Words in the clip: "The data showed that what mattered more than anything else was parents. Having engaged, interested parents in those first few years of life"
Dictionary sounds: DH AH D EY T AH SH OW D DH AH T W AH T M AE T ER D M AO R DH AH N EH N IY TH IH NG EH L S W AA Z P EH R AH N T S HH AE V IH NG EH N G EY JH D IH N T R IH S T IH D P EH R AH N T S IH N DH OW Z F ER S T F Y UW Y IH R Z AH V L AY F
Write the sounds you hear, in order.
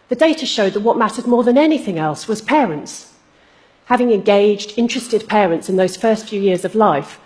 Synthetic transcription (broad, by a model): DH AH D EY T AH SH OW D DH AH T W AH T M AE T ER D M AO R DH AH N EH N IY TH IH NG EH L S W AA Z P EH R AH N T S HH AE V IH NG EH N G EY JH D IH N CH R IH S T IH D P EH R AH N T S IH N DH OW Z F ER S T F Y UW Y IH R Z AH V L AY F